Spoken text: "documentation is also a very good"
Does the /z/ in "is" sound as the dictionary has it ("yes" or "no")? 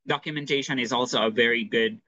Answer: yes